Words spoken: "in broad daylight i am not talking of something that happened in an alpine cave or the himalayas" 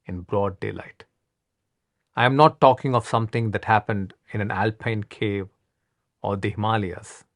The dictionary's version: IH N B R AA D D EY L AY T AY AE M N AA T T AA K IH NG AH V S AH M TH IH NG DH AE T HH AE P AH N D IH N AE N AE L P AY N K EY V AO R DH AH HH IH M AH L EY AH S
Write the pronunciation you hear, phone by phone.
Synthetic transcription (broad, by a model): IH N B R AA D D EY L AY T AY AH M N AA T T AA K IH NG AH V S AH M T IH NG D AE T HH AE P AH N D IH N AE N AE L P AY N K EY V AO R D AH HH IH M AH L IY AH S